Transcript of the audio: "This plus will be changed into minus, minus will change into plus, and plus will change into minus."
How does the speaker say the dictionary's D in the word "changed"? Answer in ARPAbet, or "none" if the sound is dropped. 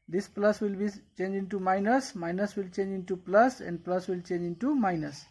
none